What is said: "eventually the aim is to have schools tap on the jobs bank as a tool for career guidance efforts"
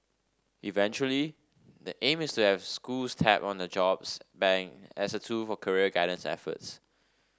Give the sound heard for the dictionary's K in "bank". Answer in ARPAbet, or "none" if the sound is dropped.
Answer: none